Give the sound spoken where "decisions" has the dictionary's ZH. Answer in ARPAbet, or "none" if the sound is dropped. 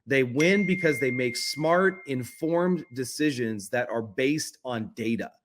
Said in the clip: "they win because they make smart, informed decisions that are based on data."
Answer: ZH